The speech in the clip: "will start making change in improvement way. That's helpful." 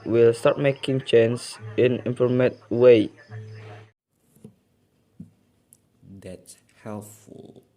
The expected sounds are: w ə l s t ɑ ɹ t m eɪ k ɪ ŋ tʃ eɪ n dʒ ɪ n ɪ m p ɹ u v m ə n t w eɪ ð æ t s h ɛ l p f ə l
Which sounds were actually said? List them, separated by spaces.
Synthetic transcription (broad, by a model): w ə l s t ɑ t m eɪ k ɪ ŋ tʃ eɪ n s ɪ n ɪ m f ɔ m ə t w eɪ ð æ t s h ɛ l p f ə l